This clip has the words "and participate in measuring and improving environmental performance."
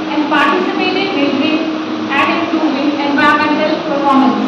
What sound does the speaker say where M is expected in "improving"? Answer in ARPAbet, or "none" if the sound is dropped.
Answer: none